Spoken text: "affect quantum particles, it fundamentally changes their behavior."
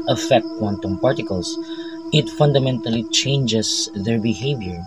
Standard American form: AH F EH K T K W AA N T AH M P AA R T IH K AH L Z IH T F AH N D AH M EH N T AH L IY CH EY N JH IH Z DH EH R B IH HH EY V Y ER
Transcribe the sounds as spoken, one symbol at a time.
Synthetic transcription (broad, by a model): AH F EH K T K W AA N T AH M P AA R T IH K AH L S IH T F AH N D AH M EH N T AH L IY CH EY N JH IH S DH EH R B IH HH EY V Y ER